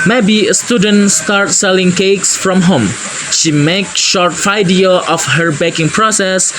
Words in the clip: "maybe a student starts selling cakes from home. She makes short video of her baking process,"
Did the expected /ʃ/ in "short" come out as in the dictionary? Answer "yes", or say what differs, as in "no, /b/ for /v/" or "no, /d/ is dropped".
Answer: yes